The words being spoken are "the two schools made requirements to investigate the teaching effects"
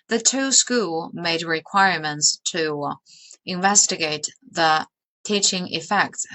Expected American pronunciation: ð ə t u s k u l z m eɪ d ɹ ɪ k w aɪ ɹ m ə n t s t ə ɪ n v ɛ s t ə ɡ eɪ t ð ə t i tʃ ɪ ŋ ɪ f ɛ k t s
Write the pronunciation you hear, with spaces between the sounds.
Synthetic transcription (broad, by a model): ð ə t u s k u l m eɪ d ɹ ɪ k w aɪ ɹ m ə n t s t ə ɪ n v ɛ s t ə ɡ eɪ t ð ə t i tʃ ɪ ŋ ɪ f ɛ k t s